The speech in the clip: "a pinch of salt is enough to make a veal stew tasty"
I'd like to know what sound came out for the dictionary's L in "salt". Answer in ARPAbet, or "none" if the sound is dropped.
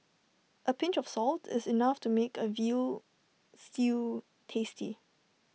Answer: L